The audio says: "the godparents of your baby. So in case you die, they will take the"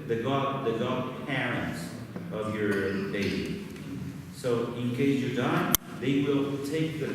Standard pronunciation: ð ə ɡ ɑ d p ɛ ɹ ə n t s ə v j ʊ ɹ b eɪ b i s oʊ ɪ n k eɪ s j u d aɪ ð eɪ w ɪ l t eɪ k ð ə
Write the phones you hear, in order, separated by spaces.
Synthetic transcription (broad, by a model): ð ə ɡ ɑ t p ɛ ɹ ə n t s ə v j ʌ ɹ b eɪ i s oʊ ɪ n k eɪ s j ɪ d aɪ ð eɪ w ɪ l t eɪ k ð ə